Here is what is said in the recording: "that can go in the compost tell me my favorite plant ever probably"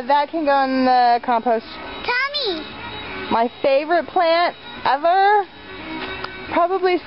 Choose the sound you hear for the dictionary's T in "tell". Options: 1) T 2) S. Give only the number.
1